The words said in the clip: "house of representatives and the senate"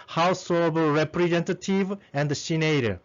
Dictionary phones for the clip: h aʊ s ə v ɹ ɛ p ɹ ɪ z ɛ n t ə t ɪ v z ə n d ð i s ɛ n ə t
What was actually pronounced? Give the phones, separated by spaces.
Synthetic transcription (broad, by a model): h aʊ s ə b ɹ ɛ p ɹ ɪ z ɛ n t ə t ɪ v ə n d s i n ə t